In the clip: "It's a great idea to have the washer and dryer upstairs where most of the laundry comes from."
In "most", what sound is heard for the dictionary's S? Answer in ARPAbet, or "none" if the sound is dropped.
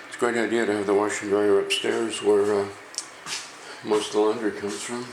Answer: none